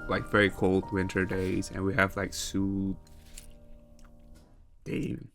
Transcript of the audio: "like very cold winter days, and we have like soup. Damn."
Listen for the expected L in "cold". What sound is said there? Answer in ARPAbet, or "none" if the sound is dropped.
L